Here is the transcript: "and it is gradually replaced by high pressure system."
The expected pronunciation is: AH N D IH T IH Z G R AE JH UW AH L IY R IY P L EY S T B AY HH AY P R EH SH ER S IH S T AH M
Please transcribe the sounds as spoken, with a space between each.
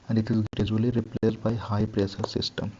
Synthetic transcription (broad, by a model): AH N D IH T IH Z G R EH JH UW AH L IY R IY P L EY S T B AY HH AY P R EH S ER S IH S T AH M